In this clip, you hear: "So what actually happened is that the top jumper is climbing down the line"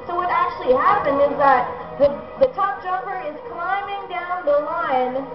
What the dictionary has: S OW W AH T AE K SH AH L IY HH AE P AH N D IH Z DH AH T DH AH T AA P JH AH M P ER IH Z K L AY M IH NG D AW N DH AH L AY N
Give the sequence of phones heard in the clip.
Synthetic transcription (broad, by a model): S OW W AH T AE K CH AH L IY HH AE P AH N D IH Z DH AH T DH AH T AA P JH AH M P ER IH Z K L AY M IH NG D AW N DH AH L AY N